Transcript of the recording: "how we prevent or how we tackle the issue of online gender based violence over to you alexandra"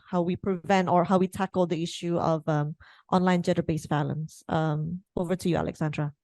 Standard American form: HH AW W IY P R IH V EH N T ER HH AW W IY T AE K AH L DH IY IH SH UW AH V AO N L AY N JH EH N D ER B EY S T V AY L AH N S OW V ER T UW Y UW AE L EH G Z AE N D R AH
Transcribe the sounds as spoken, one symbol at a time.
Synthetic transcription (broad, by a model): HH AW W IY P R IH V EH N T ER HH AW W IY T AE K AH L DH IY IH SH UW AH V AO N L AY N JH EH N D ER B EY S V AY L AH N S OW V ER T UW Y UW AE L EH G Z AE N D R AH